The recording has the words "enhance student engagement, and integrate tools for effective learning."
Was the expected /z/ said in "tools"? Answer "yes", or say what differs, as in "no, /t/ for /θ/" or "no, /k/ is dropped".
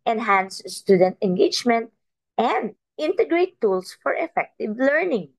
no, /s/ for /z/